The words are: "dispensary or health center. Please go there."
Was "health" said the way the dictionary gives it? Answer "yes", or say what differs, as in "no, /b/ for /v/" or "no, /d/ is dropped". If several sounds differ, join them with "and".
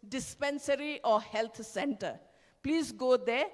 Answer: no, /t/ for /θ/